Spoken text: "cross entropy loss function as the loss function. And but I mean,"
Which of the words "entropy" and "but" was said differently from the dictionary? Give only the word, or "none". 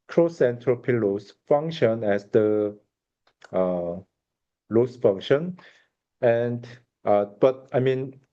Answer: none